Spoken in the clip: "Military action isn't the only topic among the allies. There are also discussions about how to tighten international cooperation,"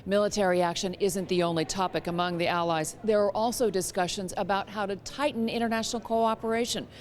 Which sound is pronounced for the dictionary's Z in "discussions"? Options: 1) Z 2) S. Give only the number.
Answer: 1